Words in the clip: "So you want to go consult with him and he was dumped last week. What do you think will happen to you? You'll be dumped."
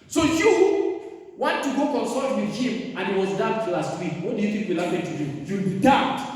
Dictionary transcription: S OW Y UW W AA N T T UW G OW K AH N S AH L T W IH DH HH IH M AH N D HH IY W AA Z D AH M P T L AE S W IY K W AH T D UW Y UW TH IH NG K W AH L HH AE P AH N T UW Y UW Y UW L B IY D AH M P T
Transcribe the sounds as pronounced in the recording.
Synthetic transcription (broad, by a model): S OW Y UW W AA N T T UW G OW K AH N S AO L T W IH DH HH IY M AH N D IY W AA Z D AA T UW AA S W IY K W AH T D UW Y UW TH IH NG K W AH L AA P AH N T UW Y UW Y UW W B IY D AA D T